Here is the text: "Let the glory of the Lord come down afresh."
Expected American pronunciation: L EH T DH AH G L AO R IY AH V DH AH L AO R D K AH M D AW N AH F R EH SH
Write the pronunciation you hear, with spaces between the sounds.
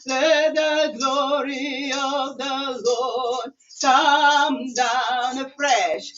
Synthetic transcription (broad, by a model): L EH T DH AH G L AO R IY AH V DH AH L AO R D K AH M D AW N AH F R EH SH